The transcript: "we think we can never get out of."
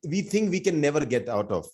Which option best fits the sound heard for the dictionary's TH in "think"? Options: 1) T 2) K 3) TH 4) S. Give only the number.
1